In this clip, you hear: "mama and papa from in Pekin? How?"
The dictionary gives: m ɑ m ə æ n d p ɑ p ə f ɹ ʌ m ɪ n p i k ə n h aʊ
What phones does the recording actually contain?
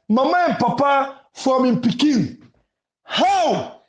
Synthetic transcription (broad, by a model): m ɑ m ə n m p ɑ p ə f w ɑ m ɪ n p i k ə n h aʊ